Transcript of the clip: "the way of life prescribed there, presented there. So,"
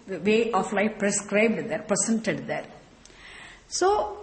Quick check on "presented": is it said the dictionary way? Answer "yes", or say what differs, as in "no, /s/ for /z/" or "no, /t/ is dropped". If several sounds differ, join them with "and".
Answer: no, /s/ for /z/